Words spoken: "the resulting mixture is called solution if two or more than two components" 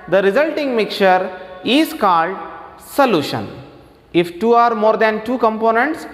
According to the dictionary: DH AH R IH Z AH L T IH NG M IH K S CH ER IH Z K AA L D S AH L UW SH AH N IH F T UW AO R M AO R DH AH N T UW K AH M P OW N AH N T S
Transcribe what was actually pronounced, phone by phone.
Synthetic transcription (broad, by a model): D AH R IH Z AH L T IH NG M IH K CH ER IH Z K AA L D S AH L UW SH AH N IH F T UW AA R M AO R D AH N T UW K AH M P OW N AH N T S